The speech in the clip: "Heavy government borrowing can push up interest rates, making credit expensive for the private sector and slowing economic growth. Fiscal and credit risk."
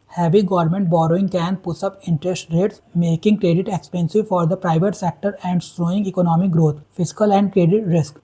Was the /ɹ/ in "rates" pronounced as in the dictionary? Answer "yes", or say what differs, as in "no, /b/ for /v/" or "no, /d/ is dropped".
yes